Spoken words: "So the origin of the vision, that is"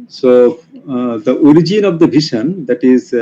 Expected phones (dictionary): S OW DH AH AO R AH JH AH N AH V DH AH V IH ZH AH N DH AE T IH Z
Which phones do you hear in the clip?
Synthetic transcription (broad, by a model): S OW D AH AO R AH JH AH N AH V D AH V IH SH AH N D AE T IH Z